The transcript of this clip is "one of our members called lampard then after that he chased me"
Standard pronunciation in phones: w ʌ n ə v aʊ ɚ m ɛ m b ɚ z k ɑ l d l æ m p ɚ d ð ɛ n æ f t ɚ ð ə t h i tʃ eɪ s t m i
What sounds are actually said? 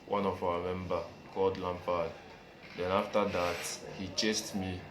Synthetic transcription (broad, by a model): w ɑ n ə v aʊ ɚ m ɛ m b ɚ k ɑ l d l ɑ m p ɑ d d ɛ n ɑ f t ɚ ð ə t h i tʃ eɪ s t m i